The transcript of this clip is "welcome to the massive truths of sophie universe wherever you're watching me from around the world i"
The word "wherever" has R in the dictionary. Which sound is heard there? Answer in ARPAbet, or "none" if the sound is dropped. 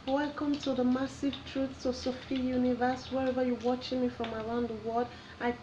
R